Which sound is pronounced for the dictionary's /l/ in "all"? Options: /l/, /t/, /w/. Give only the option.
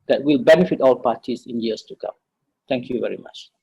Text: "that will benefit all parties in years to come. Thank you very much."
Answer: /l/